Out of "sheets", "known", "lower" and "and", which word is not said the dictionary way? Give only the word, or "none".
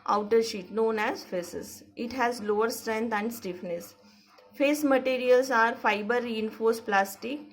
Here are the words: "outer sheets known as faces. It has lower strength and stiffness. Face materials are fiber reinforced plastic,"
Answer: sheets